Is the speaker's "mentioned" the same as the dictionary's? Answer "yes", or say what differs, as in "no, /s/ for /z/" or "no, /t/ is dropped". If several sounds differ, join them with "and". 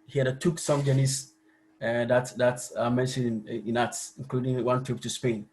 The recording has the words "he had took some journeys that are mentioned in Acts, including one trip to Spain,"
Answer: no, /d/ is dropped